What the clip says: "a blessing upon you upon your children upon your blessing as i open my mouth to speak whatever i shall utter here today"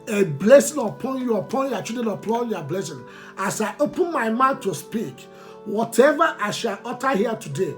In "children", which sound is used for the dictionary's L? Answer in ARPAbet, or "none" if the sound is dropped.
none